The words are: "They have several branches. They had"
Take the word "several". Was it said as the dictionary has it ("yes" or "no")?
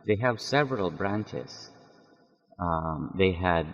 yes